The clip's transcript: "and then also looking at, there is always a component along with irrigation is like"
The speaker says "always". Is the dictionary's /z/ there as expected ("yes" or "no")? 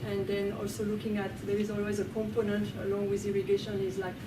yes